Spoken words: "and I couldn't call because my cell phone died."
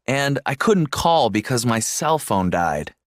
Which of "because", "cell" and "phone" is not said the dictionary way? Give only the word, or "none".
none